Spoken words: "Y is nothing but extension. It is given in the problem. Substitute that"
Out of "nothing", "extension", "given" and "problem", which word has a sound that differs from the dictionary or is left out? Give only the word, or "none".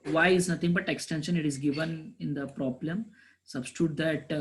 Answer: nothing